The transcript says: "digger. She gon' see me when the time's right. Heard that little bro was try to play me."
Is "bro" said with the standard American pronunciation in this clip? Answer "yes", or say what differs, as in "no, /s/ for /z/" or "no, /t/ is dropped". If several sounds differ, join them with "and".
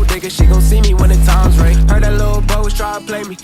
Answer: no, /ɹ/ is dropped